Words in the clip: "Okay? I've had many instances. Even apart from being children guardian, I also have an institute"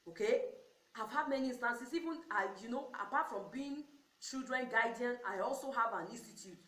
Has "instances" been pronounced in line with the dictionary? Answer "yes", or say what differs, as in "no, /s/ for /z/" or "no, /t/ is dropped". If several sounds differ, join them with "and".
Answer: no, /s/ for /z/